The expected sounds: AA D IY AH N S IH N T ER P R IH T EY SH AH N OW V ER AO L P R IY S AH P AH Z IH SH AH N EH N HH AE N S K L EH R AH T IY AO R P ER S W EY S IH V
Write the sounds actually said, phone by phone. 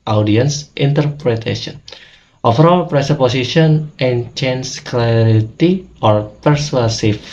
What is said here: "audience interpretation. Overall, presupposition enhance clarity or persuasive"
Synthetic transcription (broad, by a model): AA D IY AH N S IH N T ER P R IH T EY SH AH N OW F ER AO L P R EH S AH P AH S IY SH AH N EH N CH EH N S K L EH R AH T IY AO R P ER S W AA S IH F